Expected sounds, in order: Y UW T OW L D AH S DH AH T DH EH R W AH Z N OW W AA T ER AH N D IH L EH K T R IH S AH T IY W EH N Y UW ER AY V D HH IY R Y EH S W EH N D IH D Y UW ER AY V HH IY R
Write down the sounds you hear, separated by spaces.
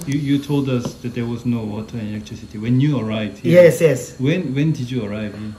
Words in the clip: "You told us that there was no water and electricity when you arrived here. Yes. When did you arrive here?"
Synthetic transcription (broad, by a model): Y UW T OW L D AH S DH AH T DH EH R W AH Z N OW W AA T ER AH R IH L EH K T R IH S AH T IY W EH N Y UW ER AY D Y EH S Y EH S W EH N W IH D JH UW ER AY V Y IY